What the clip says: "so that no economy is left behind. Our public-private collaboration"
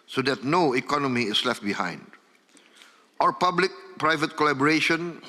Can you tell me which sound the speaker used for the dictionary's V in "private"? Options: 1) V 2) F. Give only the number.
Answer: 1